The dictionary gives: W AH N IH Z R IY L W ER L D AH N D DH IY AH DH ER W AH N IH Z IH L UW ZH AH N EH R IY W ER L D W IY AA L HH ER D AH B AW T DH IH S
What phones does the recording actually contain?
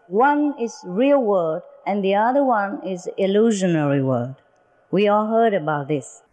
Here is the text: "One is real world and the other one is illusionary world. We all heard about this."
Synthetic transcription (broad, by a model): W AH N IH Z R IY L W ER D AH N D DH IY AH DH ER W AH N IH Z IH L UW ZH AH N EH R IY W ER D W IY AA L HH ER D AH B AW T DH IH S